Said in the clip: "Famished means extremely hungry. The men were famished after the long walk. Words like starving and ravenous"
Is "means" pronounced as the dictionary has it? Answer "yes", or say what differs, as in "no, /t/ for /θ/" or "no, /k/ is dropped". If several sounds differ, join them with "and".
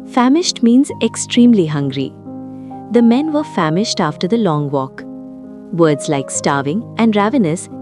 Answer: yes